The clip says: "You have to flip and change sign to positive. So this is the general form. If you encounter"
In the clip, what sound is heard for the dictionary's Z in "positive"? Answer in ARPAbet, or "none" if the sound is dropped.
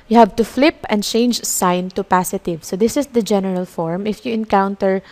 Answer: S